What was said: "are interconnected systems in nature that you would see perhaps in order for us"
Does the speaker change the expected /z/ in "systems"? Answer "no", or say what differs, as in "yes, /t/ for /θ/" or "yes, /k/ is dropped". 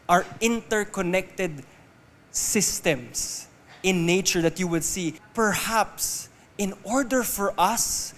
yes, /s/ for /z/